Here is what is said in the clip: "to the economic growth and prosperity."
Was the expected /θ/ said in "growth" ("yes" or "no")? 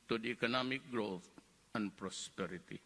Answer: no